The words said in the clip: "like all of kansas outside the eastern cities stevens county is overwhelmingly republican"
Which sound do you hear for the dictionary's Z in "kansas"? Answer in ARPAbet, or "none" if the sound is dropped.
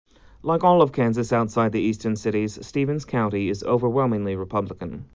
Z